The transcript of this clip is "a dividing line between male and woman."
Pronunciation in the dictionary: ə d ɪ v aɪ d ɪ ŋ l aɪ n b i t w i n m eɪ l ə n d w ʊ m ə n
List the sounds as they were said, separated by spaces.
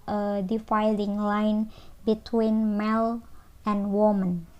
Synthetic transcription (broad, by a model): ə d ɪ f aɪ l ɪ ŋ l aɪ n b i t w i n m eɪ l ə n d w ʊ m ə n